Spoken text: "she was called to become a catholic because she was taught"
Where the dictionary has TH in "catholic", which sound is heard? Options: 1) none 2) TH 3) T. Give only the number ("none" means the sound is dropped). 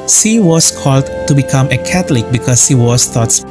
3